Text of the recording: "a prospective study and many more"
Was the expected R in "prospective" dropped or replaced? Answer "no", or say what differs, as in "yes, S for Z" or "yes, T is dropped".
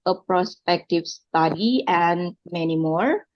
no